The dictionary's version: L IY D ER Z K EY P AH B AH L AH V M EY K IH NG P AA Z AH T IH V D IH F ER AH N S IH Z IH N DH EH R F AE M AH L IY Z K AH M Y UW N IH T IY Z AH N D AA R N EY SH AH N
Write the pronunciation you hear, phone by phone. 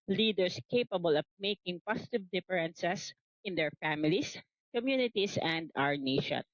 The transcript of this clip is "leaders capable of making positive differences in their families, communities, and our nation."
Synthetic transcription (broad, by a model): L IY D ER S K EY P AH B AH L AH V M EY K IH NG P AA S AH T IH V D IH F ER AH N S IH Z IH N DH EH R F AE M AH L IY S K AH M Y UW N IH T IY S AH N D AA R N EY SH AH N